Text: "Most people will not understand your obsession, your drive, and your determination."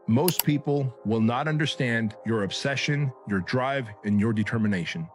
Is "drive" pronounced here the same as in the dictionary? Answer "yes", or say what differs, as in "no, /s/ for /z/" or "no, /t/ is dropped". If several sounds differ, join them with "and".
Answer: yes